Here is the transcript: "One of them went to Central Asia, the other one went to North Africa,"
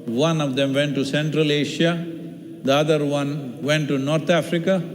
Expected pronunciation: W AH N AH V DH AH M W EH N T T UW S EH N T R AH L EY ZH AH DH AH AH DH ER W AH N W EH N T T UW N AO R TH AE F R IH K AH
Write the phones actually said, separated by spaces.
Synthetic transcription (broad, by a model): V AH N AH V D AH M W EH N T T UW S EH N T R AH L EY SH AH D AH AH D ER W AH N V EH N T T UW N AO R T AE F R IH K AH